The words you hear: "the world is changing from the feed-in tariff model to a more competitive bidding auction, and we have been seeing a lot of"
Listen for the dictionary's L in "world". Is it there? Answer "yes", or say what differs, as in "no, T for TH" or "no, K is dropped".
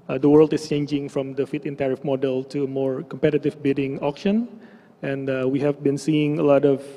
yes